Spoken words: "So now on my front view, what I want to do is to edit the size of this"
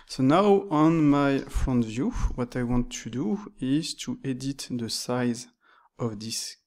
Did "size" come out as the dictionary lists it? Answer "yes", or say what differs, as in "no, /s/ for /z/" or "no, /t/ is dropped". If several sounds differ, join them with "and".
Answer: yes